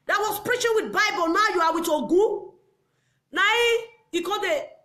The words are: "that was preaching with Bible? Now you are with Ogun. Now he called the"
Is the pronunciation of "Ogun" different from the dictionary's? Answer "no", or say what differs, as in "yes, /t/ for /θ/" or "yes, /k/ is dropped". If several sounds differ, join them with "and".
no